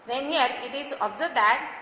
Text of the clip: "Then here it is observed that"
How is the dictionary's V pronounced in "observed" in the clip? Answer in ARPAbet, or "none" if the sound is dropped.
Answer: none